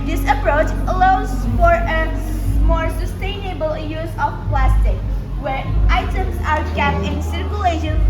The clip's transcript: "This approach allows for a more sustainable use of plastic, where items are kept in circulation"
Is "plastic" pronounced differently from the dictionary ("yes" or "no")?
no